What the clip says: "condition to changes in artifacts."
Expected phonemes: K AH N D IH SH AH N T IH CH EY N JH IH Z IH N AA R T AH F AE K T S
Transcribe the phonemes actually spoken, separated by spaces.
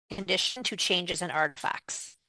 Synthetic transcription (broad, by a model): K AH N D IH SH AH N T IH CH EY N JH IH Z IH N AA R T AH F AE K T S